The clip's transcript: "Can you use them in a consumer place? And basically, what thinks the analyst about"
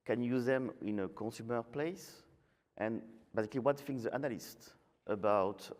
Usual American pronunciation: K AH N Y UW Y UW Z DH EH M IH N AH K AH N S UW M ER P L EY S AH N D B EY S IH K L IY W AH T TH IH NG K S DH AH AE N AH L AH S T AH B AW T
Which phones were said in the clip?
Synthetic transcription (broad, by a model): K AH N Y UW Y UW Z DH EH M IH N AH K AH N S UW M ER P L EY S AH N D B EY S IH K L IY W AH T F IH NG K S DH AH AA N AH L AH S T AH B AW T